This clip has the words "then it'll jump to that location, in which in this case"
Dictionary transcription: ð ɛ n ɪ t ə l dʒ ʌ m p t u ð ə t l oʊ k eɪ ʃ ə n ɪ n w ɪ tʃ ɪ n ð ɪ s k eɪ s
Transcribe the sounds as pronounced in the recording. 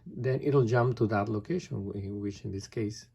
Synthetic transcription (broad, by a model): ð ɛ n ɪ t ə l dʒ ʌ m p t u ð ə t l oʊ k eɪ ə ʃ ɪ n w ɪ tʃ ɪ n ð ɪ s k eɪ s